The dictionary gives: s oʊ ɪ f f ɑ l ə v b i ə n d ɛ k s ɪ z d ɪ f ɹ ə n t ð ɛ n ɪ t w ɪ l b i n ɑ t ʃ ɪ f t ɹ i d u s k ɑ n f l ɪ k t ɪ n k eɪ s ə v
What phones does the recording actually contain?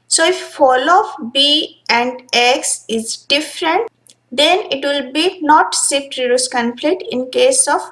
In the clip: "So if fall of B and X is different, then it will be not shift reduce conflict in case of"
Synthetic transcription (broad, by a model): s oʊ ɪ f f ɑ l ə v b i ə n d ɛ k s ɪ z d ɪ f ɹ ə n t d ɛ n ɪ t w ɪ l b i n ɑ t s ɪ t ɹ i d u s k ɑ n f l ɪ t ɪ n k eɪ s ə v